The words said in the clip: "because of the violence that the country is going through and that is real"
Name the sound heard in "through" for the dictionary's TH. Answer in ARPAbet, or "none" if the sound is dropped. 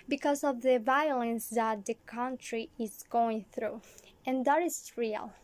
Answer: TH